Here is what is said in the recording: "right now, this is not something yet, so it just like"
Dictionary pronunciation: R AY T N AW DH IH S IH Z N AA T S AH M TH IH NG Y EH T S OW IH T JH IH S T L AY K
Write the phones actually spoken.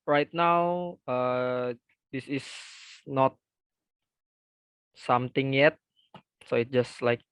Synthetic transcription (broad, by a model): R AY T N AW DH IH S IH S N AA T S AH M T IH NG Y EH T S OW IH T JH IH S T L AY K